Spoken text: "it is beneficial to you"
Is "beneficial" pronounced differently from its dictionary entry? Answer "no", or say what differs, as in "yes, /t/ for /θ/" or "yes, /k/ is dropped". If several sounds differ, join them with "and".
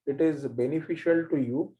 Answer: no